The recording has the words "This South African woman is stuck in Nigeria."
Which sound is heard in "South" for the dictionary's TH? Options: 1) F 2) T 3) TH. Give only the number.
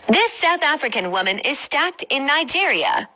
3